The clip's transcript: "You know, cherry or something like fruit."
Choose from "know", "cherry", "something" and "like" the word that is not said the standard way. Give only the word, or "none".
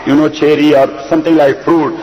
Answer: something